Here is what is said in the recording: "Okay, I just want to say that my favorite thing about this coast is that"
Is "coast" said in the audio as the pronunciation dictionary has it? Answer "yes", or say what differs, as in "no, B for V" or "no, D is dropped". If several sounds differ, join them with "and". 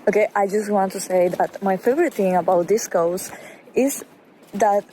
no, T is dropped